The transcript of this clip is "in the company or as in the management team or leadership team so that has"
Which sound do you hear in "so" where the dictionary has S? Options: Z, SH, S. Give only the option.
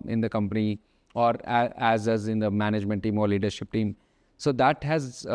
S